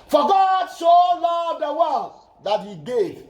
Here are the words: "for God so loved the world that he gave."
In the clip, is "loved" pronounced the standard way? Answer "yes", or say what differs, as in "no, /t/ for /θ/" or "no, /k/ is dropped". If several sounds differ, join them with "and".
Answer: no, /v/ is dropped